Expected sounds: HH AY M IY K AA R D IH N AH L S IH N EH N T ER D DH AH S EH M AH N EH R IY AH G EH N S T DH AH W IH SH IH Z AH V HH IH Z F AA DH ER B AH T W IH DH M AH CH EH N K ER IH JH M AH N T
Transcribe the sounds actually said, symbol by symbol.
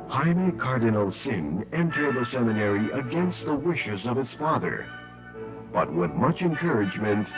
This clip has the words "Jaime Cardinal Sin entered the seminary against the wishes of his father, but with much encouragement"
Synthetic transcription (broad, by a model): HH AY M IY K AA R D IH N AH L S IH N EH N T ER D DH AH S EH M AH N EH R IY AH G EH N S T DH AH W IH SH IH Z AH V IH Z F AA DH ER B AH T W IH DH M AH CH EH N K ER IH JH M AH N T